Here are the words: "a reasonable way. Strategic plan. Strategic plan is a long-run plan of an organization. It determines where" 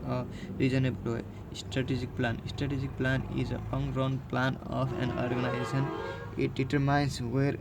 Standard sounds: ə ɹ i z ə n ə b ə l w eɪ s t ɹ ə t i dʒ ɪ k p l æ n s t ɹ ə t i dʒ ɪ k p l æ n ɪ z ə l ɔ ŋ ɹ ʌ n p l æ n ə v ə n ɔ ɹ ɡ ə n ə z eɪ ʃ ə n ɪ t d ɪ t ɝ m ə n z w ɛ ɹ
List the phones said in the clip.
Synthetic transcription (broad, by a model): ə ɹ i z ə n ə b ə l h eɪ s t ɹ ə t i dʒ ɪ k p l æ n s t ɹ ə t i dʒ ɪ k p l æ n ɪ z ə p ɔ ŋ ɹ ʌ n p l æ n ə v ə n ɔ ɹ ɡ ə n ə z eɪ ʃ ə n ɪ t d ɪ t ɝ m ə n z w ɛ ɹ